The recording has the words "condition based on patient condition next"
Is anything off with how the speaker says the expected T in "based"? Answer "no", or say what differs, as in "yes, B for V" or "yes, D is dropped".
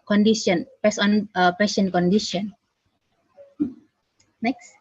yes, T is dropped